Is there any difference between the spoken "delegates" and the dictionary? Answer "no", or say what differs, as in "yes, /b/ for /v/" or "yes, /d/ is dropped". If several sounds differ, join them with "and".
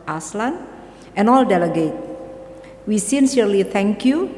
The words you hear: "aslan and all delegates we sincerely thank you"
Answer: yes, /s/ is dropped